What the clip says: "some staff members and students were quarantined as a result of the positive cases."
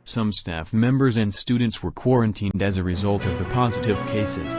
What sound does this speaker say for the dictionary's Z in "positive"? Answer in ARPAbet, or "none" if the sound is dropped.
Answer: Z